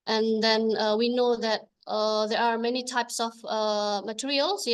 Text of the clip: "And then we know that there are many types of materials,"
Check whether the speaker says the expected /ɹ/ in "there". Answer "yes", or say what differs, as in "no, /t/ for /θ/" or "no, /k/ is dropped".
yes